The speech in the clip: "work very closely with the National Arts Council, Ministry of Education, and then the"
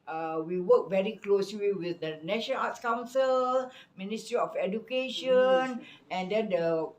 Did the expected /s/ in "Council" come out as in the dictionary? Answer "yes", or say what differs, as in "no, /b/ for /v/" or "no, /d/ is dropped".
yes